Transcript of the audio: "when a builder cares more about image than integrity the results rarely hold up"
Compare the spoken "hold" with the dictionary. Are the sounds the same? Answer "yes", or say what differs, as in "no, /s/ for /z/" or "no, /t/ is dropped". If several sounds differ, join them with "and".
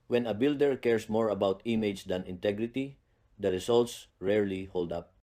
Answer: yes